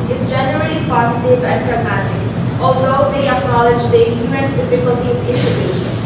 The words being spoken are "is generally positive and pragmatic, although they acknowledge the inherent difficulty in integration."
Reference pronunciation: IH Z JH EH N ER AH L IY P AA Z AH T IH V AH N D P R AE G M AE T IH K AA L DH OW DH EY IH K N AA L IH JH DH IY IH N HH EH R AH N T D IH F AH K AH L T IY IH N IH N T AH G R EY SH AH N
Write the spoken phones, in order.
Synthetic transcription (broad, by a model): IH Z JH EH N ER AH L IY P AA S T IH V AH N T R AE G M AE S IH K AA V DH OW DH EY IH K N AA L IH JH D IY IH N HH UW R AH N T D IH F AH K AH L T IY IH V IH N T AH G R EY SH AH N